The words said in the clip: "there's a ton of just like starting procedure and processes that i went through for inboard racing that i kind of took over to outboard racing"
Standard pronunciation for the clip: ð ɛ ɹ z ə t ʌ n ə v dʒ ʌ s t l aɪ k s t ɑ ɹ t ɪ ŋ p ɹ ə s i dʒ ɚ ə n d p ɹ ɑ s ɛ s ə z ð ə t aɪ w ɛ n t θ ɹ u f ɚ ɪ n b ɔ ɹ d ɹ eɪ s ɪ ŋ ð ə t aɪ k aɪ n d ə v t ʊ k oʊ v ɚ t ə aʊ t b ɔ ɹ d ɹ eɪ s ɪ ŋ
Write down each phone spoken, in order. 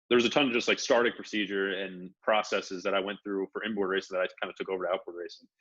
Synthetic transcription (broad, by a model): ð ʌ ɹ z ə t ʌ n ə dʒ ʌ s t l aɪ k s t ɑ ɹ t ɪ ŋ p ɹ ə s i dʒ ɚ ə n p ɹ ɑ s ɛ s ə z ð ə t aɪ w ɛ n θ ɹ u f ɚ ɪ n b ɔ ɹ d ɹ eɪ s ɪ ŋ ð ə t aɪ k aɪ n d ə t ʊ k oʊ v ɚ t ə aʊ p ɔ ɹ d ɹ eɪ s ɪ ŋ